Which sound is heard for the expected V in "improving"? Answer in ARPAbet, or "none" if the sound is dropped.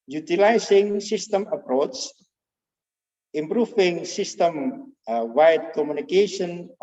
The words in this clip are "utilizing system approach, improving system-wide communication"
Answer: F